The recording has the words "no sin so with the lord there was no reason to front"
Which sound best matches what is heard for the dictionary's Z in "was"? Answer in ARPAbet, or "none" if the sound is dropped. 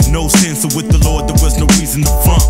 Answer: Z